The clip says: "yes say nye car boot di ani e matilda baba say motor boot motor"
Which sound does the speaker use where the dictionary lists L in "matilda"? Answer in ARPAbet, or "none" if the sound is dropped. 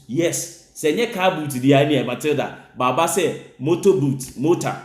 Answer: none